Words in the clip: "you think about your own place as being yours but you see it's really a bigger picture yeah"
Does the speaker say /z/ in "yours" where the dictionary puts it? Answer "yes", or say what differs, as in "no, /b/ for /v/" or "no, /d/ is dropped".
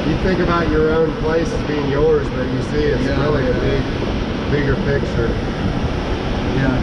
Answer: yes